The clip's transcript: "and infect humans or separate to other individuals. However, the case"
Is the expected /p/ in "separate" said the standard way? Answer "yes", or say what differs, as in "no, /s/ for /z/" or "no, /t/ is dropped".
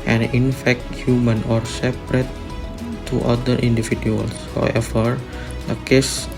yes